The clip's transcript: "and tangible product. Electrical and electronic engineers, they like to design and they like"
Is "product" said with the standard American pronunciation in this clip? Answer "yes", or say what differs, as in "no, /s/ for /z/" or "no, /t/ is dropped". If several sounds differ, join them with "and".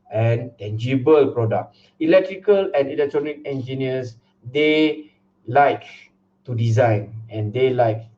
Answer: no, /t/ is dropped